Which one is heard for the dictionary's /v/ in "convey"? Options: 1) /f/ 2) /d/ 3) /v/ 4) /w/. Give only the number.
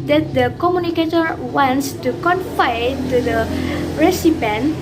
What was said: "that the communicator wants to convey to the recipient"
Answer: 1